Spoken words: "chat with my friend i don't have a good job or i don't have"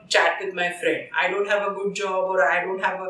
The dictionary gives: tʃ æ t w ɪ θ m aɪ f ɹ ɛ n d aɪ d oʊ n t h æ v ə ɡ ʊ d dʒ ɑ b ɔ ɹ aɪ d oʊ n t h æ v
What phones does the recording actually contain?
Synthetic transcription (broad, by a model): tʃ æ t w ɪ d m aɪ f ɹ ɛ n d aɪ d oʊ n t h æ v ə ɡ ʊ d dʒ ɑ b ɔ ɹ aɪ d oʊ n t h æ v